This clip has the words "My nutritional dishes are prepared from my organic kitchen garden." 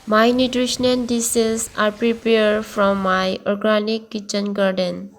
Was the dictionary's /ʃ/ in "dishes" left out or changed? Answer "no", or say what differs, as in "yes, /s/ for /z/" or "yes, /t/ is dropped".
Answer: yes, /s/ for /ʃ/